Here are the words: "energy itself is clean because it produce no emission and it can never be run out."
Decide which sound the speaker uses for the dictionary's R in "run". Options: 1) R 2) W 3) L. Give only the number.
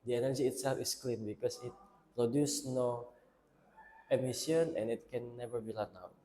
3